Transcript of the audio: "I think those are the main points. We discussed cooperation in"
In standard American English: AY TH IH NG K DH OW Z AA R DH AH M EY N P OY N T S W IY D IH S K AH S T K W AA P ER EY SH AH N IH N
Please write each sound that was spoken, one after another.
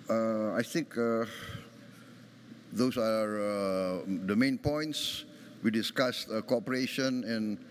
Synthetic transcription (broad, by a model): AY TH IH NG K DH OW S AA R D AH M EY N P OY N T S W IY D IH S K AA S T K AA P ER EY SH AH N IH N